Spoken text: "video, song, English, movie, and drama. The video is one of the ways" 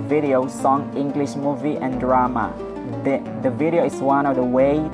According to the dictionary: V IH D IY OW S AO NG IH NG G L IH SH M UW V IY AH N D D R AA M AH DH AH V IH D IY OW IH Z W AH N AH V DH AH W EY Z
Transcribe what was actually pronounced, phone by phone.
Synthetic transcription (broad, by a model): V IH D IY OW S AO NG IH NG G L IH SH M UW V IY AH N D D R AA M AH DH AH V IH D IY OW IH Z W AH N AH V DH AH W EY